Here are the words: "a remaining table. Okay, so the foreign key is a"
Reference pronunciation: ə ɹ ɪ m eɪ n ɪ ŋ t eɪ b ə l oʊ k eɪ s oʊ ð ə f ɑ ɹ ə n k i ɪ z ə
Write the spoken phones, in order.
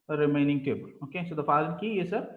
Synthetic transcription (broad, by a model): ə ɹ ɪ m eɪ n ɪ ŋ t eɪ b ə l oʊ k eɪ s oʊ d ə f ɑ l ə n k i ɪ s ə